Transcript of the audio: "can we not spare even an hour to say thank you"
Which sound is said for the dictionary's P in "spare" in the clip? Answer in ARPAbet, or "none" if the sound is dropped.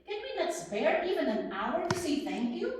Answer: B